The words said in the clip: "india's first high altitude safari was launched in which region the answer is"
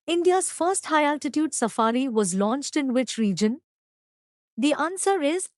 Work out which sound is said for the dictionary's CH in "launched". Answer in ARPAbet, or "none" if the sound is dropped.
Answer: CH